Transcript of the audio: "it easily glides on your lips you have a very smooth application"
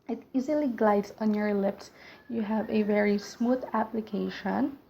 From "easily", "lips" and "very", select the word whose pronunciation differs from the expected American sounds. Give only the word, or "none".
none